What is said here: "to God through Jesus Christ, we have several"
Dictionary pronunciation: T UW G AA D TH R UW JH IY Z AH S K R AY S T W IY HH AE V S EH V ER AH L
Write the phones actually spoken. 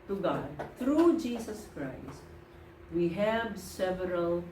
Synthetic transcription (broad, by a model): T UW G AA D T R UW JH IY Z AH S K R AY S T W IY HH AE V S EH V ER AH L